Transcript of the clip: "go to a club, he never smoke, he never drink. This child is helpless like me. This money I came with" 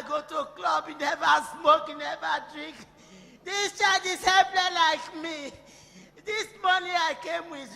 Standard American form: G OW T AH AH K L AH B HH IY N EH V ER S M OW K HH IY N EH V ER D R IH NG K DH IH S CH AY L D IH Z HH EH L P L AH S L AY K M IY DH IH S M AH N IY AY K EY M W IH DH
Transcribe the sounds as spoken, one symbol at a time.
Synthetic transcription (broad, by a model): G OW T AH K L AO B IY N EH V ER S M OW K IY N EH V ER D R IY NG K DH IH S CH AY D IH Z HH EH P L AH L AY K M IY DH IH S M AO N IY AY K EY M W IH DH